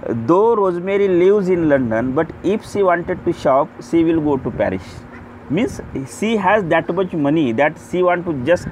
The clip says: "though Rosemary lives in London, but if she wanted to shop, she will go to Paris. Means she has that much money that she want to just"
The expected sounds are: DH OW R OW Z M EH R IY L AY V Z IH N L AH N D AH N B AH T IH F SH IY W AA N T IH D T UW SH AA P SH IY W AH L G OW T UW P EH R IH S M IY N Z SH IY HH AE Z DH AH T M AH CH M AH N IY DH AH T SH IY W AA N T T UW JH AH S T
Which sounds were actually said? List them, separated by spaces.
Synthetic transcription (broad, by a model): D OW R OW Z M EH R IY L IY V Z IH N L AH N D AH N B AH T IH F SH IY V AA N T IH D T UW SH AA P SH IY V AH L G OW T UW P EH R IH SH M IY N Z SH IY HH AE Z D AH T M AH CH M AH N IY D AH T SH IY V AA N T T UW JH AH S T